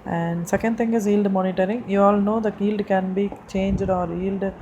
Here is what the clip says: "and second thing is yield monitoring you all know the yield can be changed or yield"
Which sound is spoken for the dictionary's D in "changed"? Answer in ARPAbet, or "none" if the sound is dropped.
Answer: D